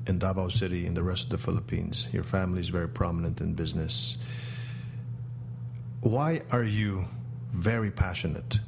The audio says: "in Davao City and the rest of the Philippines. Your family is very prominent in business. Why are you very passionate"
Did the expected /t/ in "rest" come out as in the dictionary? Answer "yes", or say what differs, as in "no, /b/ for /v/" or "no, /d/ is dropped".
yes